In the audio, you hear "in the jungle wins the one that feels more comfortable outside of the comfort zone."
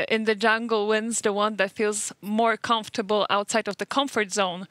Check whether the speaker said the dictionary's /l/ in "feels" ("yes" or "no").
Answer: yes